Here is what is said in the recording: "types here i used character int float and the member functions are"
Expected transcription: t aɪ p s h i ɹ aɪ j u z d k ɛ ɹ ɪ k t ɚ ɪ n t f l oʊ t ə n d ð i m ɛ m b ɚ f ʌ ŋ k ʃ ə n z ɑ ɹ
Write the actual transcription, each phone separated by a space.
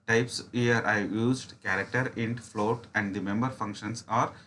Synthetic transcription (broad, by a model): t aɪ p s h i ɹ aɪ j u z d k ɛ ɹ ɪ k t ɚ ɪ n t f l oʊ t ə n d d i m ɛ m b ɚ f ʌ ŋ k ʃ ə n s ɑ ɹ